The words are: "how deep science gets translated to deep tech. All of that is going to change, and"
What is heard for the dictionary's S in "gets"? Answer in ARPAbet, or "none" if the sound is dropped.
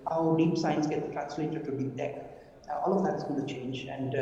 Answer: none